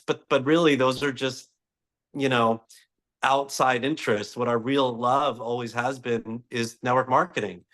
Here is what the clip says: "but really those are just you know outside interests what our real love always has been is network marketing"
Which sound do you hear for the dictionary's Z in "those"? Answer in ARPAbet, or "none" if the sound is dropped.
Z